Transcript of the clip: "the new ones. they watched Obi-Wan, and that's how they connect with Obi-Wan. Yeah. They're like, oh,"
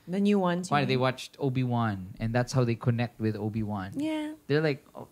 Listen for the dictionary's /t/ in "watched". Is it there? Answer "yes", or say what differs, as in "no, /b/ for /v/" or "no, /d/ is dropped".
yes